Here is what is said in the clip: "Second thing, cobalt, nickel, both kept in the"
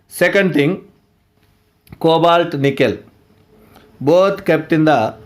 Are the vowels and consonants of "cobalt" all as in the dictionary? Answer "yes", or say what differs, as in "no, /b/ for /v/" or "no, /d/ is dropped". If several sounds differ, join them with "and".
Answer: yes